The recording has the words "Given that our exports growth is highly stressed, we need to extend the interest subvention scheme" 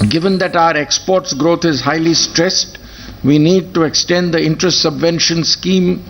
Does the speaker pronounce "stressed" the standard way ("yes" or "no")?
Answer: yes